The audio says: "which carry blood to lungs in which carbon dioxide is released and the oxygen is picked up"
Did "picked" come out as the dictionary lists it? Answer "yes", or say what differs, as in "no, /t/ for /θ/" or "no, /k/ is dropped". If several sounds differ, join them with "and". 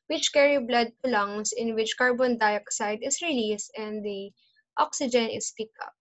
no, /t/ is dropped